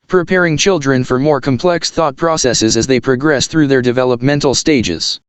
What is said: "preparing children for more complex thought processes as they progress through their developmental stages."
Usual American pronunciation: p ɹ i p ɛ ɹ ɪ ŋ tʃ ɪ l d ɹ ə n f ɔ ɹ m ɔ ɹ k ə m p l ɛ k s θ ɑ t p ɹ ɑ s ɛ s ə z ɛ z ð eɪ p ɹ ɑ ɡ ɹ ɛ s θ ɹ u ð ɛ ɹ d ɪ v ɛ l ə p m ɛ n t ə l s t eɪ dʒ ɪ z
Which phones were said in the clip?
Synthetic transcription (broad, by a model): p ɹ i p ɛ ɹ ɪ ŋ tʃ ɪ l d ɹ ə n f ɔ ɹ m ɔ ɹ k ə m p l ɛ k s θ ɑ t p ɹ ɑ s ɛ s ə z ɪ z ð eɪ p ɹ ɑ ɡ ɹ ɛ s θ ɹ u ð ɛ ɹ d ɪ v ɛ l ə p m ɛ n t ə l s t eɪ dʒ ɪ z